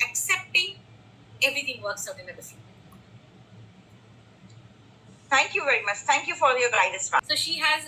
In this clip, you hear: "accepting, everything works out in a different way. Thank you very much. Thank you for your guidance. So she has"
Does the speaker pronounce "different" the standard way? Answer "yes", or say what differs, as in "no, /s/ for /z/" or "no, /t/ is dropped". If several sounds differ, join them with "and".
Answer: no, /n/ is dropped